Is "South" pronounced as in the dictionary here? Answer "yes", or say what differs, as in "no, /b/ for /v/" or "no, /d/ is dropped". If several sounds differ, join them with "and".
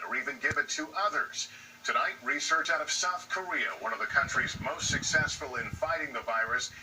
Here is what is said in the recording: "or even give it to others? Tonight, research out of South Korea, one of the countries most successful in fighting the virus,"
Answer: yes